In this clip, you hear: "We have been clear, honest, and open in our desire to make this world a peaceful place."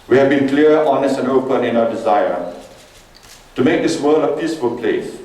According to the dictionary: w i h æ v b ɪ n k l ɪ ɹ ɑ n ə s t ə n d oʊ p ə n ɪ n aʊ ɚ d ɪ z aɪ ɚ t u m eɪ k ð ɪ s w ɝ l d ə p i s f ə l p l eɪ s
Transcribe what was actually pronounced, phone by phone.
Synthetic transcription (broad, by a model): w i h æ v b ɪ n k l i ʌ ɑ n ə s t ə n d oʊ p ə n ɪ n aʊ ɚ d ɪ z aɪ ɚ t u m eɪ k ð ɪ s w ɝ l ə p i s f ə l p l eɪ s